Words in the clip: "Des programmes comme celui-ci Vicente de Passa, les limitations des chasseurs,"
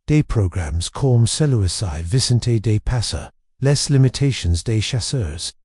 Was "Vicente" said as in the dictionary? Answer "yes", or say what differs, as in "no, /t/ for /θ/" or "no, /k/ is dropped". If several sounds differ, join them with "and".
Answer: no, /s/ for /tʃ/